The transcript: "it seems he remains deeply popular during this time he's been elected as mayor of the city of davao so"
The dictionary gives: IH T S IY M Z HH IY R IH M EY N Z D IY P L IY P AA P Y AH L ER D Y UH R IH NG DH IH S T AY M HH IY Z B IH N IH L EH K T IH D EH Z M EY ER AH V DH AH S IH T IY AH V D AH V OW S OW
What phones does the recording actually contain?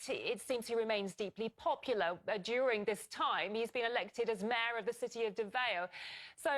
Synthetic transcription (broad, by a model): IH T S IY M Z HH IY R IH M EY N Z D IY P L IY P AA P Y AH L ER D Y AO R IH NG DH IH S T AY M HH IY Z B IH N IH L EH K T IH D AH Z M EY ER AH V DH AH S IH T IY AH V D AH V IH S OW